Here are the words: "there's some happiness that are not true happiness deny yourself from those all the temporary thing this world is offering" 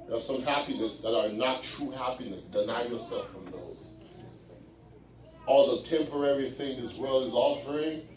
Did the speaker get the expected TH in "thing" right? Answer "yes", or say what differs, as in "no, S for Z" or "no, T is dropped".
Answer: yes